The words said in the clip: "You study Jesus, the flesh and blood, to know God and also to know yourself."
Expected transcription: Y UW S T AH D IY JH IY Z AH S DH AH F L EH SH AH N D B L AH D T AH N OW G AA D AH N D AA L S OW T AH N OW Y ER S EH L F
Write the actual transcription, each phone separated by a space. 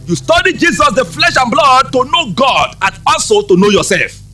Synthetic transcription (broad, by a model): Y UW S T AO D IY JH IY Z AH S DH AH F L EH SH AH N B L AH D T AH N OW G AA D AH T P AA N S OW T AH N OW Y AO S EH L F